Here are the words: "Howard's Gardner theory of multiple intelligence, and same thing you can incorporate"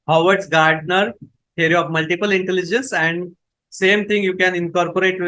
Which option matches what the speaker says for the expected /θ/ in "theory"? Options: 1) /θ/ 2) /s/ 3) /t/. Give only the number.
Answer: 3